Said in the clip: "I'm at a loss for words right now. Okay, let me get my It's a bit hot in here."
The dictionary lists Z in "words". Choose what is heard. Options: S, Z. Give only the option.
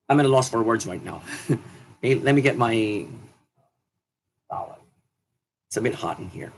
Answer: Z